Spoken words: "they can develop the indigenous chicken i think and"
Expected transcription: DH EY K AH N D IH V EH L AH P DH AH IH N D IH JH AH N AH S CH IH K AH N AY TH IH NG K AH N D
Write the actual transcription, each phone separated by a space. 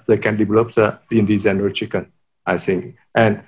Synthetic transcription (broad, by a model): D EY K AH N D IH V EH L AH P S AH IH N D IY Z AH N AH CH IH K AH N AY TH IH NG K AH N